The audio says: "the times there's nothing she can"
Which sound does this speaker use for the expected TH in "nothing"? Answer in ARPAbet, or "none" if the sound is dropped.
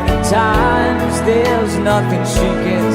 TH